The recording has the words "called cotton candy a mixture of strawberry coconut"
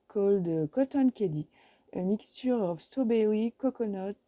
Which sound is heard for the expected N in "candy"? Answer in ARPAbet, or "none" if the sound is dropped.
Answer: none